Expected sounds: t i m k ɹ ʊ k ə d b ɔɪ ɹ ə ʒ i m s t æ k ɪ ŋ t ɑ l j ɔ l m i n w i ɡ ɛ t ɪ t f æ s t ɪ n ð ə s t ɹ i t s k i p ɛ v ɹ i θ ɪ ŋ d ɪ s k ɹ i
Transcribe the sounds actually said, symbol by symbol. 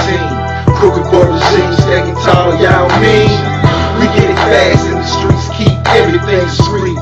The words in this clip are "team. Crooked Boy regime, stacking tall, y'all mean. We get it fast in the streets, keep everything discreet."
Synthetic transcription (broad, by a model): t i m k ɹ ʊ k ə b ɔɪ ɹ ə s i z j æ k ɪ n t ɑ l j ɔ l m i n w i ɡ ɛ t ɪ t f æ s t ɪ n ð ə s t ɹ i t s k i p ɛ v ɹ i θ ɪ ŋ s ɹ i